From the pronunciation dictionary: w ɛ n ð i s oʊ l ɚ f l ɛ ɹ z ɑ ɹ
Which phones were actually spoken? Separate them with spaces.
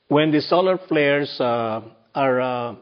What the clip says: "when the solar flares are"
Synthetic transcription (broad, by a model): w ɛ n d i s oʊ l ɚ f l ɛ ɹ s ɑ ɹ